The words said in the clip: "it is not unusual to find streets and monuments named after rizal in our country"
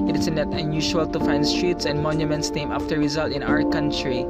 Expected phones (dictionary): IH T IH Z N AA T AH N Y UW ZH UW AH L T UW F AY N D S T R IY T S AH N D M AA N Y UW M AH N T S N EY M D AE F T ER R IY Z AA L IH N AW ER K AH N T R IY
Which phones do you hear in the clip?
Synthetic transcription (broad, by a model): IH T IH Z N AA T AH N Y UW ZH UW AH L T UW F AY N D S T R IY T S AH N D M AA N Y UW M AH N T S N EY M AE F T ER R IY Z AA L IH N AW ER K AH N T R IY